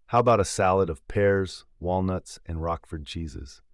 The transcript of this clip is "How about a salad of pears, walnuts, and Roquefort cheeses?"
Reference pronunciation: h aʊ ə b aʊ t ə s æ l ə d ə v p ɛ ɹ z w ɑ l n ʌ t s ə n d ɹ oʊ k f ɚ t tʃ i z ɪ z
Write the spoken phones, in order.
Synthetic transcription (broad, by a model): h aʊ ə b aʊ t ə s æ l ə d ə v p ɛ ɹ z w ɑ l n ʌ t s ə n ɹ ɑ k f ɚ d tʃ i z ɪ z